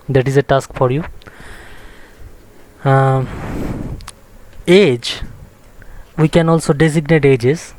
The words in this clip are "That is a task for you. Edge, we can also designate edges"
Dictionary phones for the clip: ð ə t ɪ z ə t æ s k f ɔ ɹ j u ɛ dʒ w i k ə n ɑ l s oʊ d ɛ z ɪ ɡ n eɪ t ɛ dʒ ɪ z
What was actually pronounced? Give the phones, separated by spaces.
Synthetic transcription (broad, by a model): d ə t ɪ z ə t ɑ s k f ɔ ɹ j u ɛ dʒ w i k ə n ɑ l s oʊ d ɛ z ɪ ɡ n eɪ t ɛ dʒ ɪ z